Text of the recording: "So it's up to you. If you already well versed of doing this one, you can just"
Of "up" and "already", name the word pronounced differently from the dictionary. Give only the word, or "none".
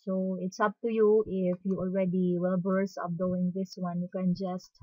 none